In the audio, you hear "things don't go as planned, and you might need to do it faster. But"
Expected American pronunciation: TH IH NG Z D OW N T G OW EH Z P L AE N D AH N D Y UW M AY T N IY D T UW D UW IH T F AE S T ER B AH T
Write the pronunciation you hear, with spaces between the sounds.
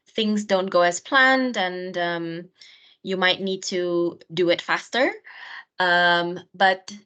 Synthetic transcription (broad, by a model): TH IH NG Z D OW N T G OW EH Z P L AE N D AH N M Y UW M AY T N IY D T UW D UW IH T F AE S T ER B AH T